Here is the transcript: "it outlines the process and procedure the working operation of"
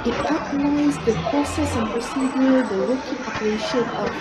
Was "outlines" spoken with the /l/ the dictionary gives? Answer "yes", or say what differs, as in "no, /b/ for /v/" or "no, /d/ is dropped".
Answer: no, /n/ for /l/